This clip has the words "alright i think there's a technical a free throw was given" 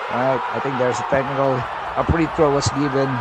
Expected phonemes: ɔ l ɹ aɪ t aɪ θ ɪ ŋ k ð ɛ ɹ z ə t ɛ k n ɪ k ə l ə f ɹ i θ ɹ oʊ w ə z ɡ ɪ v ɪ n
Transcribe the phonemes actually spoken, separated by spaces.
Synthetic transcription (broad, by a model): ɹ aɪ t aɪ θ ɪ ŋ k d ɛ ɹ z ə t ɛ k n ɪ k ə l ə p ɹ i t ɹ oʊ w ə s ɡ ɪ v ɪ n